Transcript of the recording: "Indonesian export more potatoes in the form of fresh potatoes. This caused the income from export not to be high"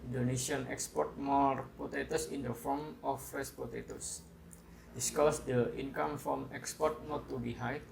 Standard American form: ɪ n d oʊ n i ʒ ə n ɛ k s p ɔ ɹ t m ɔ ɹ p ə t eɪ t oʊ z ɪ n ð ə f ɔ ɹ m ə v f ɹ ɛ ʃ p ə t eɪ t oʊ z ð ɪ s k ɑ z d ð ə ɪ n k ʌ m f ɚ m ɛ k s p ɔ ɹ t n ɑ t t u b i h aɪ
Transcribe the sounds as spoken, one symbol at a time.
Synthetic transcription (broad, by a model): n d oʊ n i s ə n ɛ k s p ɔ ɹ t m ɔ ɹ p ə t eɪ t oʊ s ɪ n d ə f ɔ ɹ m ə f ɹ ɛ s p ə t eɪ t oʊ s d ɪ s k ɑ s d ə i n k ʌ m f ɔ m ɛ k s p ɔ ɹ t n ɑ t t u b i h aɪ